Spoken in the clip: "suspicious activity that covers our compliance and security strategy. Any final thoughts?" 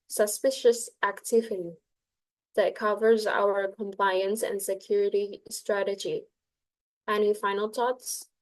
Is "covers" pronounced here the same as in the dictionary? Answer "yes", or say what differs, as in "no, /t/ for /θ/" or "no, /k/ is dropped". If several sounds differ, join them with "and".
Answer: yes